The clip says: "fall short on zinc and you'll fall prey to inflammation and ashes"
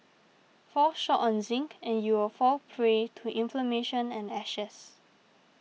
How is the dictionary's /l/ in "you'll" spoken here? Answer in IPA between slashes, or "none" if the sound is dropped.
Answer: /w/